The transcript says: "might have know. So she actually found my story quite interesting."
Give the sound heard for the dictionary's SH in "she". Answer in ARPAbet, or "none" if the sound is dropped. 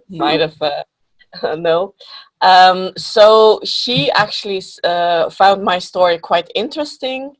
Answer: SH